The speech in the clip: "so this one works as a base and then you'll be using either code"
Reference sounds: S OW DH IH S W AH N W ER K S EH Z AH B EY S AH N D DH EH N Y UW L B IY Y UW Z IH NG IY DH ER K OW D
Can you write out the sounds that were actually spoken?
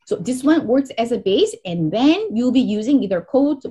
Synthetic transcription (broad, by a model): S OW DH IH S W AH N W ER K S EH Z AH B EY S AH N DH EH N Y UW L B IY Y UW Z IH NG IY DH ER K OW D